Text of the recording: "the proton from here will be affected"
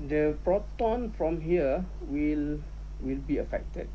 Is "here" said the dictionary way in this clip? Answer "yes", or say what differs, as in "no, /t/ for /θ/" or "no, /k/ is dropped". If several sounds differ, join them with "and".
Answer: no, /l/ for /ɹ/